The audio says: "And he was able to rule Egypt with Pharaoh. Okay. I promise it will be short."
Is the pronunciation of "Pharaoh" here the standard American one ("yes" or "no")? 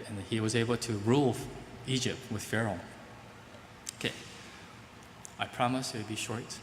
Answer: yes